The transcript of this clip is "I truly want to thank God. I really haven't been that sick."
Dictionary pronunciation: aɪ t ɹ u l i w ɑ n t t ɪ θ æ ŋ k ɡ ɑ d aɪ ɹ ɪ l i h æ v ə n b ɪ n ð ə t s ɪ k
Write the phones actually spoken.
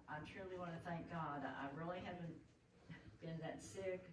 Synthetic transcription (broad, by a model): aɪ t ɹ u l i w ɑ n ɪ θ æ ŋ k ɡ ɑ d aɪ ɹ ɪ l i h æ v ə n b ɪ n ð ə t s ɪ k